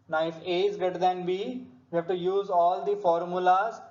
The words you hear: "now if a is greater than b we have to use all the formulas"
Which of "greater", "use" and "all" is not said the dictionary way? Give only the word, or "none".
greater